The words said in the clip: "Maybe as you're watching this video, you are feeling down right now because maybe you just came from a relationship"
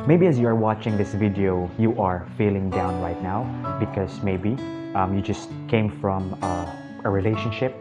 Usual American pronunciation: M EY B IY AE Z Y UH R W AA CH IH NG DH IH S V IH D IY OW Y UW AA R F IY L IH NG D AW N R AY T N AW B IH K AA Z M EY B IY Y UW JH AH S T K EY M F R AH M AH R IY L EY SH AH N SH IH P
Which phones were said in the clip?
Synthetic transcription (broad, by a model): M EY B IY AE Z Y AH R W AA CH IH NG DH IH S V IH D IY OW Y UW AA R F IY L IH NG D AW N R AY T N AW B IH K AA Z M EY B IY Y UW JH AH S T K EY M F R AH M AH R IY L EY SH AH N SH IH P